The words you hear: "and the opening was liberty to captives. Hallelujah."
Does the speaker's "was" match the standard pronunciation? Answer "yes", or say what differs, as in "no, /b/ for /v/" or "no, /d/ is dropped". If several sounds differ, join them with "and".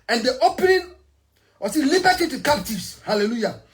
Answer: no, /s/ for /z/